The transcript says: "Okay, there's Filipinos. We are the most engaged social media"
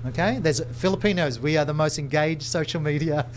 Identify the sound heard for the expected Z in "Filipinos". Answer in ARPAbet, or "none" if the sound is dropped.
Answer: Z